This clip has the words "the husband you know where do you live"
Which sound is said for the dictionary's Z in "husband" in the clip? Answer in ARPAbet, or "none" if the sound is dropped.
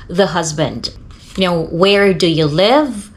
Z